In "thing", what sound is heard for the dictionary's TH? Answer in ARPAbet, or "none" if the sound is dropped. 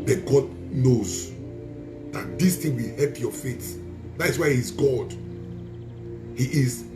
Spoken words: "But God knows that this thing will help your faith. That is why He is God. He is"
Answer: T